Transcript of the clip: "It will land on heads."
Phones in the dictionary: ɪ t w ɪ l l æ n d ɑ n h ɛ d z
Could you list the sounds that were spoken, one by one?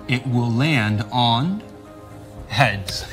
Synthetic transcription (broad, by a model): ɪ t w ɪ l l æ n d n h ɛ d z